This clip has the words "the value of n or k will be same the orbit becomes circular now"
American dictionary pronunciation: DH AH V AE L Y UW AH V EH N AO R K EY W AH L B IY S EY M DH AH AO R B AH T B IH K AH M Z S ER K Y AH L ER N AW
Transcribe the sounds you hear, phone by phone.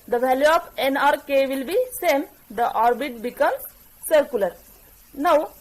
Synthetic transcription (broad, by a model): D AH V AE L Y UW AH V EH N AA R K EY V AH L B IY S EY M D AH AO R B AH T B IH K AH M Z S ER K Y AH L ER N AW